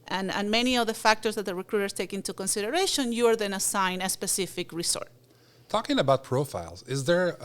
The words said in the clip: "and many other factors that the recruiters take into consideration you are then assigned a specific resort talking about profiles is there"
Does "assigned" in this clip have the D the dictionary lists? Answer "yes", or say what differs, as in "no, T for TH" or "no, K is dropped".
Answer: no, D is dropped